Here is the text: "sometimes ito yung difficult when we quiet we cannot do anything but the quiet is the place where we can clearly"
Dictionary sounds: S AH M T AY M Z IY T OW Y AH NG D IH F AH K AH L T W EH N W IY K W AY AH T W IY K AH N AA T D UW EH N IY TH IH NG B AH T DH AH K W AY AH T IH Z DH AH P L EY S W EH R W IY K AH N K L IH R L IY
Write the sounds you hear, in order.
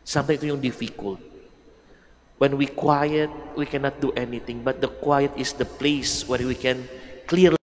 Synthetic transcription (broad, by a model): S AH M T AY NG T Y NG D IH F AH K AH L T W EH N W IY K W AY AH T W IY K AH N AA T D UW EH N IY T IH NG B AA T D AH K W AY AH T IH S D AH P L EY S W EH R W IY K AH N K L L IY